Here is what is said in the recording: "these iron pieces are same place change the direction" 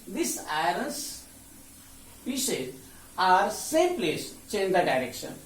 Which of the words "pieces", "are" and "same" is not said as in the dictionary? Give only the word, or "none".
pieces